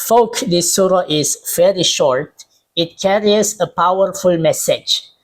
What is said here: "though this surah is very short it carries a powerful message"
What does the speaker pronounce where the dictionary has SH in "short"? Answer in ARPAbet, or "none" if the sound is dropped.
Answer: SH